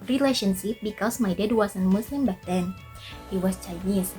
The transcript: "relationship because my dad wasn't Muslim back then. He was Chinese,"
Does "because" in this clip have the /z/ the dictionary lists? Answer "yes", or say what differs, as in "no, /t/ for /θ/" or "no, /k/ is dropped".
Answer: no, /s/ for /z/